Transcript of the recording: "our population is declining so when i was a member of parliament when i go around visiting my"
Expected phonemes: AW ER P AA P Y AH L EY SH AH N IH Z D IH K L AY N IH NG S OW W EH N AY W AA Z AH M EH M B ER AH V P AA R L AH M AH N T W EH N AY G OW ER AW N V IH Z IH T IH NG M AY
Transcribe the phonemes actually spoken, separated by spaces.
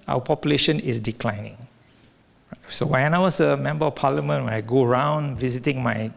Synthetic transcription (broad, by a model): AW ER P AA P Y AH L EY SH AH N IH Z D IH K L AY N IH NG S OW W EH N AY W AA S AH M EH M B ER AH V P AA L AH M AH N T W EH N AY G OW ER AW N V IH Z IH T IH NG M AY